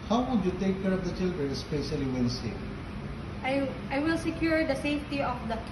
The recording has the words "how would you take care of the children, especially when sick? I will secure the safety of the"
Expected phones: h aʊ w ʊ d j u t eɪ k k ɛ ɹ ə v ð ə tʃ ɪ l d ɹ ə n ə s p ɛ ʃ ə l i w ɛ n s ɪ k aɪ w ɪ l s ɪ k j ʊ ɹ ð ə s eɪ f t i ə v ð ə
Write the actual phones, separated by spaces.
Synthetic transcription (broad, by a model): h aʊ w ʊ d j u t eɪ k k ɛ ɹ ə v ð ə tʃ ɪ l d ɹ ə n s p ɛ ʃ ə l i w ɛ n s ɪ aɪ w ɪ l s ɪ k j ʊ ɹ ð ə s eɪ f t i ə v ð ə